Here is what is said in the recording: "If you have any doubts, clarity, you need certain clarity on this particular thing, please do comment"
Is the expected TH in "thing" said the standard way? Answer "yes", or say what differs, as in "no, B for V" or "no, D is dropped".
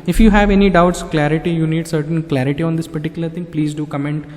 no, T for TH